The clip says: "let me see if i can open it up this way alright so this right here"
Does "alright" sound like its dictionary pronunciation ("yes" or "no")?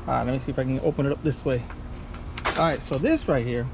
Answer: no